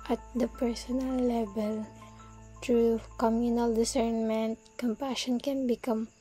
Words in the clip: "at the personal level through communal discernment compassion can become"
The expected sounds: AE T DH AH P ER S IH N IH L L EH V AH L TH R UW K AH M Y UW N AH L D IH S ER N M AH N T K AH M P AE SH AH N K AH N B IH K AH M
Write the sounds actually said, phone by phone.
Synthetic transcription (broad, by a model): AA T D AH P ER S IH N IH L L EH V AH L T R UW K AH M Y UW N AH L D IH S ER N M AH N T K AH M P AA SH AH N K AH N B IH K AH M